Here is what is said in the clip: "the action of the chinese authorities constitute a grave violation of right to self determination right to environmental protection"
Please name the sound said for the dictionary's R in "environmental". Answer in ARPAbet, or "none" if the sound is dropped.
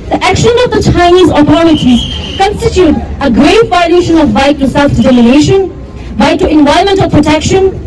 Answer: none